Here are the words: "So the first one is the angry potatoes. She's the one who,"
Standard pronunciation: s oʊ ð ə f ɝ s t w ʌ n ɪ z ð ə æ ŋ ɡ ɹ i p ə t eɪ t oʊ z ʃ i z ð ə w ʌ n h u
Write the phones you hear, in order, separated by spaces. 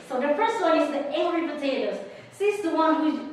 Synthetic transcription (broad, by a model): s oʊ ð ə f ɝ s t w ʌ n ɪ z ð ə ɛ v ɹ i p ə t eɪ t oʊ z s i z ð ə w ʌ n h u